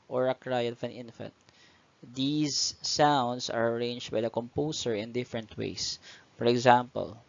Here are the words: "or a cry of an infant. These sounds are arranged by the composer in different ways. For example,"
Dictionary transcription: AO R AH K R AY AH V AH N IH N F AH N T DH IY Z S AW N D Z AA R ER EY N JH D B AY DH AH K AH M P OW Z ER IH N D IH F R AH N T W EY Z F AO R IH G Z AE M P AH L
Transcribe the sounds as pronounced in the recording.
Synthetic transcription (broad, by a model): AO R AH K R AY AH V AH N IH N F AH N T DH IY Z S AW N D S AA R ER EY N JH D B AY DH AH K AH M P OW S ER IH N D IH F R AH N T W EY S F AO R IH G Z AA M P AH L